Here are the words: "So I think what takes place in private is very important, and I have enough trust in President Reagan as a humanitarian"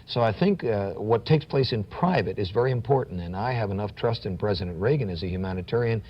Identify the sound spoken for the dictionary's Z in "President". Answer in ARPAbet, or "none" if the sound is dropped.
Z